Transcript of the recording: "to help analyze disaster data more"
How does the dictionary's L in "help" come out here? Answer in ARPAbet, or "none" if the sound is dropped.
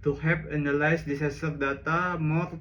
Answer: none